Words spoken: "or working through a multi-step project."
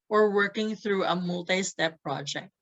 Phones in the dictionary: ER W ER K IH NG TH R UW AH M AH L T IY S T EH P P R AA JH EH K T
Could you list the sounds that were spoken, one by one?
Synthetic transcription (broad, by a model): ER W ER K IH NG TH R UW AH M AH L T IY S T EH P P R AA JH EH K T